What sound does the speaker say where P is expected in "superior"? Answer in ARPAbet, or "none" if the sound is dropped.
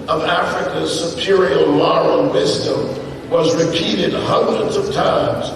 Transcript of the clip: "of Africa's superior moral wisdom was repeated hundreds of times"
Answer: P